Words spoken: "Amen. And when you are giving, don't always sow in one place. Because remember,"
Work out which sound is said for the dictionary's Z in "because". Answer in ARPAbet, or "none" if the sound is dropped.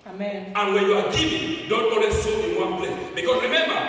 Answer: S